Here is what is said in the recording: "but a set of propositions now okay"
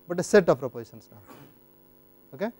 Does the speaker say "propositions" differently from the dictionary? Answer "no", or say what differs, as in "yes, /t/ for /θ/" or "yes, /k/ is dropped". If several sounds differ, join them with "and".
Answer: yes, /s/ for /ʃ/ and /s/ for /z/